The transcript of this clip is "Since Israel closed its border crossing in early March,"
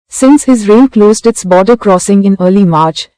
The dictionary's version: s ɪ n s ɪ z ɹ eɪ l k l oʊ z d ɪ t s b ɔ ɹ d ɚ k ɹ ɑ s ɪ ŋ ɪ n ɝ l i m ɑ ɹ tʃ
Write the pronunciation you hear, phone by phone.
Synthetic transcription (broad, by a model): s ɪ n s ɪ z ɹ eɪ n k l oʊ z d ɪ t s b ɔ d ɚ k ɹ ɑ s ɪ ŋ ɪ n ɝ l i m ɑ ɹ tʃ